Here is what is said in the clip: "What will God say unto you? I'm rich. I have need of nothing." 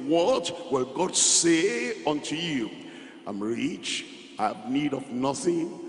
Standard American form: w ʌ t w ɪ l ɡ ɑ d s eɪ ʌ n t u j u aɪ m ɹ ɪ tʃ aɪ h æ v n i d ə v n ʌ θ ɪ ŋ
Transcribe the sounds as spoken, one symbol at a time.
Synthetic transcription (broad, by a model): w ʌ t w ɪ l ɡ ɑ d s eɪ ʌ n t u j u aɪ m ɹ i tʃ aɪ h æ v n i d ə v n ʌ θ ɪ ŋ